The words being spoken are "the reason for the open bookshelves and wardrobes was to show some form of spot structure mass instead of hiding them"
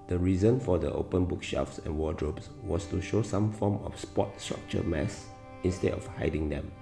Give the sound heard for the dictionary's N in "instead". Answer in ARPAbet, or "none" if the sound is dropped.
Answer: N